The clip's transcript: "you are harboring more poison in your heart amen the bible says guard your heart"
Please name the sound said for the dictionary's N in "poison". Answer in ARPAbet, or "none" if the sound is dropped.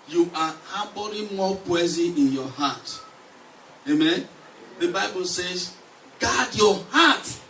none